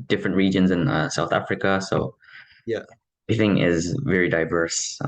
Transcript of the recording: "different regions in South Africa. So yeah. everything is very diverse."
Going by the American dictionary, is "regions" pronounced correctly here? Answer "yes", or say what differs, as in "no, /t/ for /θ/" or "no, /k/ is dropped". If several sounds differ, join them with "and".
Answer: yes